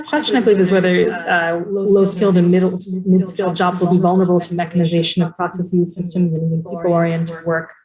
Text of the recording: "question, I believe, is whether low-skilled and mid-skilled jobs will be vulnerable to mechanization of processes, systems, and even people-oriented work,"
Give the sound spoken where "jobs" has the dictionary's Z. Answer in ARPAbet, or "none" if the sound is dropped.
Z